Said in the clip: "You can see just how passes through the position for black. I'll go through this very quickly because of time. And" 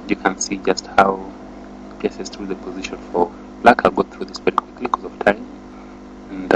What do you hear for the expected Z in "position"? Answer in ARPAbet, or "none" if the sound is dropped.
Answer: Z